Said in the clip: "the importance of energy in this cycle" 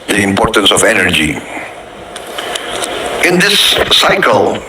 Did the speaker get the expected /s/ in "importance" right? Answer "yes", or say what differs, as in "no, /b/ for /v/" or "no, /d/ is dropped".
yes